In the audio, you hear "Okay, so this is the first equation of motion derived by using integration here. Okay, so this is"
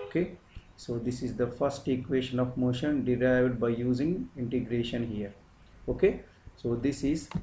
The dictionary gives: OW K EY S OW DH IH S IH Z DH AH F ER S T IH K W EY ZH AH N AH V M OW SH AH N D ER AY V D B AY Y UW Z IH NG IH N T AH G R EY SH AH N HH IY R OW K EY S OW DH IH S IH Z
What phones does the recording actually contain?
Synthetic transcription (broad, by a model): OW K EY S OW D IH S IH Z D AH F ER S T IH K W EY SH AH N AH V M OW SH AH N D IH AY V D B AY Y UW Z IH NG IH N T AH G R EY SH AH N HH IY R OW K EY S OW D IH S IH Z